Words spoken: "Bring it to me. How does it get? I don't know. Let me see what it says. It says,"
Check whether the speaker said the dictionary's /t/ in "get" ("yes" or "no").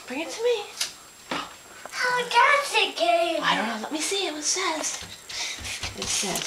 no